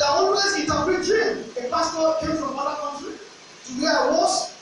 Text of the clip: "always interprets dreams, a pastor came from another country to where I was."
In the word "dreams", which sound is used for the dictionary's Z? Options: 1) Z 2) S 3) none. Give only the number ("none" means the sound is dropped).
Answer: 3